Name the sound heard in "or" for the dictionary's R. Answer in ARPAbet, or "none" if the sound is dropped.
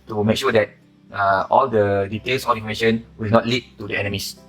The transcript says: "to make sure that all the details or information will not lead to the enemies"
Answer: L